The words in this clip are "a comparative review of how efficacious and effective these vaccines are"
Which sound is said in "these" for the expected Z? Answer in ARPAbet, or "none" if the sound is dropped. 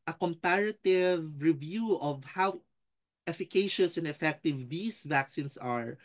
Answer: S